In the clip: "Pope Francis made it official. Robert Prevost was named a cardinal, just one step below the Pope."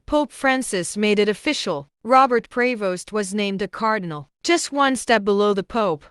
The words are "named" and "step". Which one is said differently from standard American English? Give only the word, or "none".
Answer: none